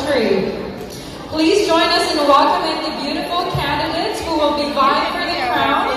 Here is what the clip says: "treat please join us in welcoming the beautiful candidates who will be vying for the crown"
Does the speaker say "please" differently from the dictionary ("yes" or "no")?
no